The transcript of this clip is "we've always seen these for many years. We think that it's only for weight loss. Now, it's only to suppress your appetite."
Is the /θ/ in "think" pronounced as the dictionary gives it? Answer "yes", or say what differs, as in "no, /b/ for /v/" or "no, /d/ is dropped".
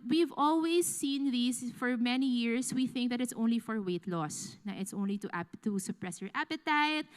yes